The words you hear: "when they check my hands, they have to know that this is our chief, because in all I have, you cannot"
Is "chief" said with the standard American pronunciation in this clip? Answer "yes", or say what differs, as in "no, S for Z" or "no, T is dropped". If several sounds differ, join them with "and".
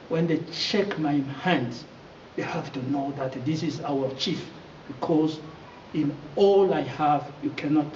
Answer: yes